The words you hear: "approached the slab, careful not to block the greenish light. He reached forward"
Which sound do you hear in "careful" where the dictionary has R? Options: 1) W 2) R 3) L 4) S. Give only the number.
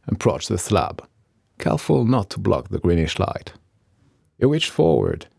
3